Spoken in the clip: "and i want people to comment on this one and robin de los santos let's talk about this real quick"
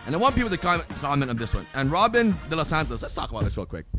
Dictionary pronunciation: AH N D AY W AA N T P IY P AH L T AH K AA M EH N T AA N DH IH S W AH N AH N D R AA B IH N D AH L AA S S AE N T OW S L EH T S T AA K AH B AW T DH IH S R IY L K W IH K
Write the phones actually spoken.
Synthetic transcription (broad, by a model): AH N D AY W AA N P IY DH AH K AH K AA M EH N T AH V DH IH S W AH N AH N R AA B IH N D AH L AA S S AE N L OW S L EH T S T AA K AH B AW T DH IH S W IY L K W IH K